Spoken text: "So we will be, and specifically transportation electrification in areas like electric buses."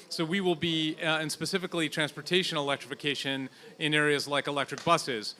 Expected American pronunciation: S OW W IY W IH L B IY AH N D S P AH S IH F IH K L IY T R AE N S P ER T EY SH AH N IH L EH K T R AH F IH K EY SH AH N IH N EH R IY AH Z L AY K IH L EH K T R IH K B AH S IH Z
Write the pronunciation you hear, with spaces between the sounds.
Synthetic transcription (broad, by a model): S OW W IY W IH L B IY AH N S P AH S IH F IH K L IY T R AE N S P ER T EY SH AH N IH L EH K T R AH F IH K EY SH AH N IH N EH R IY AH Z L AY K IH L EH K T R IH K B AH S IH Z